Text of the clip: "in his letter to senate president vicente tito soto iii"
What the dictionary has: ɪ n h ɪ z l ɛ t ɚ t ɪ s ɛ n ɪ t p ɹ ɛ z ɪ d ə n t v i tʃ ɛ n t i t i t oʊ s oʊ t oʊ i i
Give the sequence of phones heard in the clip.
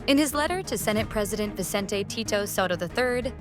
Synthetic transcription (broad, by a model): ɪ n ɪ z l ɛ t ɚ t ɪ s ɛ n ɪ t p ɹ ɛ z ɪ d ə n t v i s ɛ n t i t i t oʊ s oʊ t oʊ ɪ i